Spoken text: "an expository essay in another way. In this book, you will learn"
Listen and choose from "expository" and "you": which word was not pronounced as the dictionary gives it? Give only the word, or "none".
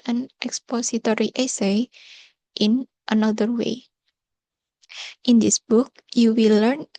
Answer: expository